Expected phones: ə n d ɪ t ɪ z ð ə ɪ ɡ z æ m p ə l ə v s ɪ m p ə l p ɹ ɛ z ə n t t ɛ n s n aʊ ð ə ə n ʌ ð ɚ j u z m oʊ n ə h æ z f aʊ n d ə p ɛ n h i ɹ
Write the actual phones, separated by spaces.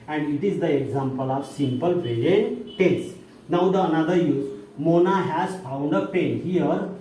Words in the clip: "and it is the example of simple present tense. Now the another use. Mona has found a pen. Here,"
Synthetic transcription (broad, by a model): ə n d ɪ t ɪ z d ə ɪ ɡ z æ m p ə l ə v s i m p ə l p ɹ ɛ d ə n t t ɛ s n aʊ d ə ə n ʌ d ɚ j u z m oʊ n ə h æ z f aʊ n d ə p ɛ n h i ɹ